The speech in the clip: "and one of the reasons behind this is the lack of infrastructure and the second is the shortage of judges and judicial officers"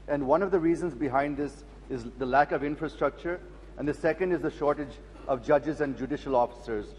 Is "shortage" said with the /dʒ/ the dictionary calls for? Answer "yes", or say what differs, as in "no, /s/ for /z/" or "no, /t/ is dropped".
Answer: yes